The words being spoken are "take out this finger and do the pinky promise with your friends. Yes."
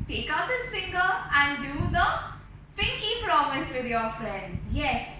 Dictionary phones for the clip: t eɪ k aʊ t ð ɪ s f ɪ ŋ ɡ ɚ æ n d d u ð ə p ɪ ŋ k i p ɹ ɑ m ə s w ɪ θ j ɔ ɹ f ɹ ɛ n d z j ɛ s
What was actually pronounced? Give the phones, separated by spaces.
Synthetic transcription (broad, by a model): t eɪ k aʊ t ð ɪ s f ɪ ŋ ɡ ɚ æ n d d u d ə f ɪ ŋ k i p ɹ ɑ m ə s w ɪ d j ɔ ɹ f ɹ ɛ n d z j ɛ s